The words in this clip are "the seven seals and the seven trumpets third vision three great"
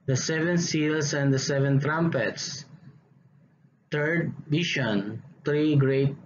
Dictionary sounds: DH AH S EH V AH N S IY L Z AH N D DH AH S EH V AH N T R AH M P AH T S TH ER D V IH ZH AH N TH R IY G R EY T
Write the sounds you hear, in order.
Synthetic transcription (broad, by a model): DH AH S EH V AH N S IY L S AH N D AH S EH V AH N T R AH M P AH T S T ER D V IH SH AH N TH R IY G R EY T